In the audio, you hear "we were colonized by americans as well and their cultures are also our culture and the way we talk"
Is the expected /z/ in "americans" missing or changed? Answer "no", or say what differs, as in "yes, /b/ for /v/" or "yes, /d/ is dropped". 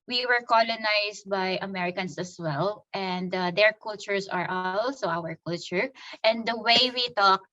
yes, /s/ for /z/